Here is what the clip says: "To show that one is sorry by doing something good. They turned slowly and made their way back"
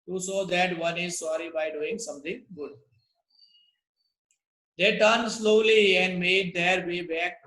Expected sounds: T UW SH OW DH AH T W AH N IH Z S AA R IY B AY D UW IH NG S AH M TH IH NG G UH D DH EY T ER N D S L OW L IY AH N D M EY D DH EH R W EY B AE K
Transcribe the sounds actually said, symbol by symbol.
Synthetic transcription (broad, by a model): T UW S OW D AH T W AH N IH Z S AA R IY B AY D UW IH NG S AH M T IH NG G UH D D EY T ER N D S L OW L IY AH N D M EY D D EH R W EY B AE K